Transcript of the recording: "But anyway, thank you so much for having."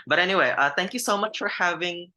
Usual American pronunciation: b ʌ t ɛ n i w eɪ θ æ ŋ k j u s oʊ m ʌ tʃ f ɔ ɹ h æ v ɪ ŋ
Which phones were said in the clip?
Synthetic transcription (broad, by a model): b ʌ t ɛ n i w eɪ θ æ ŋ k j u s oʊ m ʌ tʃ f ɔ ɹ h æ v ɪ ŋ